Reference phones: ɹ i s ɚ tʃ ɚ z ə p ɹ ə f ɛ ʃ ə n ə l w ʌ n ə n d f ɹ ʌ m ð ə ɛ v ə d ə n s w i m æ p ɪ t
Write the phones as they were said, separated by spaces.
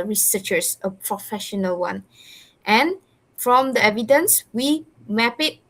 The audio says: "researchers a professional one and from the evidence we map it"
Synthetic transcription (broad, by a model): ɹ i s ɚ tʃ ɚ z ə p ɹ ə f ɛ ʃ ə n ə l w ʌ n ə n f ɹ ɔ m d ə ɛ v ə d ə n s w i m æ p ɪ t